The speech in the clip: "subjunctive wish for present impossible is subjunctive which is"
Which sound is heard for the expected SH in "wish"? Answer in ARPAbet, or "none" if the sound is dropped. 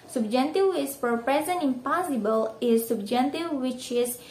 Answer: S